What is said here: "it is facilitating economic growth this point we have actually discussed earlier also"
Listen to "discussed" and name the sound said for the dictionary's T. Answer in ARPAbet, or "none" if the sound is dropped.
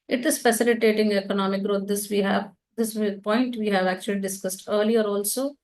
T